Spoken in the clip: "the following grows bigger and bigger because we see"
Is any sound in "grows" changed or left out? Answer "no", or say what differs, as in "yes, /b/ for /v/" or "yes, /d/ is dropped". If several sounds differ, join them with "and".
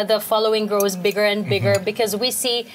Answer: no